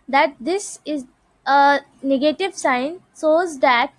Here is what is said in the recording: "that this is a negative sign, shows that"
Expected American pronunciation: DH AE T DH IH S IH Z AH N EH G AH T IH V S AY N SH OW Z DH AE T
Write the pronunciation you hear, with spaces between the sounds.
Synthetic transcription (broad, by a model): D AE T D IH S IH Z AH N EH G AH T IH V S AY N S OW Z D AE T